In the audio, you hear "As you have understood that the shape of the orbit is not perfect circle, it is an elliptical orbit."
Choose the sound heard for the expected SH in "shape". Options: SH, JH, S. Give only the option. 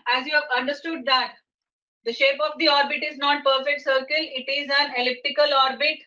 SH